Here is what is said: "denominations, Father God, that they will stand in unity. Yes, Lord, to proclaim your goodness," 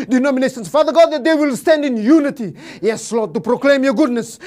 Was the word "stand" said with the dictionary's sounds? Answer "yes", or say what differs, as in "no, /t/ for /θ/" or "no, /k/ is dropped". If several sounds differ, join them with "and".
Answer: yes